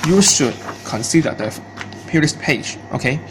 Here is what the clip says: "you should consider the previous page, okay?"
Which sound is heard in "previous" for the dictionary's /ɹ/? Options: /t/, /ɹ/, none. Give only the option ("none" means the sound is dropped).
none